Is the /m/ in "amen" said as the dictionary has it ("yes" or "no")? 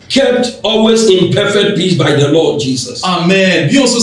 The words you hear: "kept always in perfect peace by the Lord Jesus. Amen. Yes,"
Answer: yes